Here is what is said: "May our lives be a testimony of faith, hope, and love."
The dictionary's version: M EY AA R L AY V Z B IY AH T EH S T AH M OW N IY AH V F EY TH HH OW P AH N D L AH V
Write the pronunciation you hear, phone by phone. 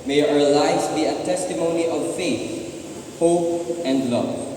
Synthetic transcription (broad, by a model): M EY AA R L AY Z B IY AH T EH S T AH M OW N IY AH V F EY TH HH OW P AH N D L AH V